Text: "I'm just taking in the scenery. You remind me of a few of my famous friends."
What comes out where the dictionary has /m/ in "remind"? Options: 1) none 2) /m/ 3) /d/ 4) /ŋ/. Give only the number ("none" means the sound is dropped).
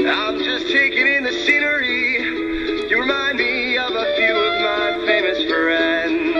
2